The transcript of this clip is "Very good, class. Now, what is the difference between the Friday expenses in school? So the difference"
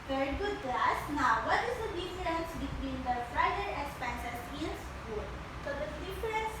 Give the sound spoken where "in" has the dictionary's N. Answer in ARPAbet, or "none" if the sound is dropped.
L